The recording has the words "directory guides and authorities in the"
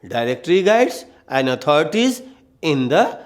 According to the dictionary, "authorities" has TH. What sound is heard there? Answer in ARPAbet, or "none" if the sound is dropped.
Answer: T